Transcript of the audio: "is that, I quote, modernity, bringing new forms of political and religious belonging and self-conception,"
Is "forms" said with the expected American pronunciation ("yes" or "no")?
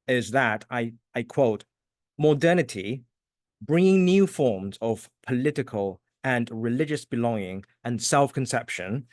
yes